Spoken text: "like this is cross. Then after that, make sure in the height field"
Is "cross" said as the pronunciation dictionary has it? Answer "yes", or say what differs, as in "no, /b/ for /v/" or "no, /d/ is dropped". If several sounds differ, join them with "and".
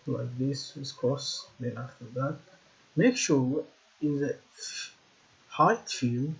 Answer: no, /ɹ/ is dropped